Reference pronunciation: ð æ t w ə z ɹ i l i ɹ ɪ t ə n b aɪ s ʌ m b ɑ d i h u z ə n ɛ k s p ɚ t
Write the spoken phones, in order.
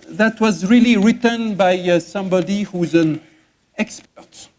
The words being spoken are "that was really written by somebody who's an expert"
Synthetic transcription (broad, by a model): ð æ t w ə z ɹ i l i ɹ ɪ t ə n b aɪ s ʌ m b ɑ d i h u z ə n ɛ k s p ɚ t